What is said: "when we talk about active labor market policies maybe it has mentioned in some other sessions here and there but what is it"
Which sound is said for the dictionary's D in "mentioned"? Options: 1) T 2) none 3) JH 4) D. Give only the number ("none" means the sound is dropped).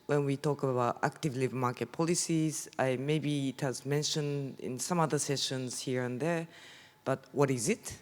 4